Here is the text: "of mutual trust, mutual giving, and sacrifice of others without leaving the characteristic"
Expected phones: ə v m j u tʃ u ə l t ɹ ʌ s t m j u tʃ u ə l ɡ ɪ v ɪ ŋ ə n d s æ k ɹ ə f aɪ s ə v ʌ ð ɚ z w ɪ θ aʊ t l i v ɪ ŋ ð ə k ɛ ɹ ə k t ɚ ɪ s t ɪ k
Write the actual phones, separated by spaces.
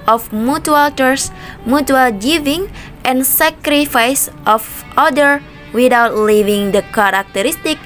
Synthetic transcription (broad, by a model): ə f m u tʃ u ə l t ʌ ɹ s m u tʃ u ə l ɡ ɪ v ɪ ŋ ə n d s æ k ɹ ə f aɪ s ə f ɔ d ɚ w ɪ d aʊ t l i v ɪ ŋ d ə k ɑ ɹ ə k t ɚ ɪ s t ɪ k